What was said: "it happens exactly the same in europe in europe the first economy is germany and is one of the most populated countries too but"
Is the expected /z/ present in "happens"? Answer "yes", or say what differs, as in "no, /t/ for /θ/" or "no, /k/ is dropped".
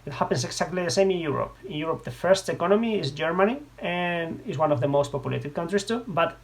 no, /s/ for /z/